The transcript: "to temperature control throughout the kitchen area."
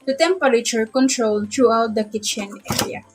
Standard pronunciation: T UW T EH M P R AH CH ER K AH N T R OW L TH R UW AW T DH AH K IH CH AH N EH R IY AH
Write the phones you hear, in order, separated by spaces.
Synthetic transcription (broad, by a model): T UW T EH M P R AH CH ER K AH N T R OW L T R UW AW T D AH K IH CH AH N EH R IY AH